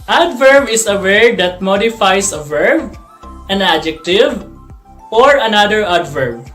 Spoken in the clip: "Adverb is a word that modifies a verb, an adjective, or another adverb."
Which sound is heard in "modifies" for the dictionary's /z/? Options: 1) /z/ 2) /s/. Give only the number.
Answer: 2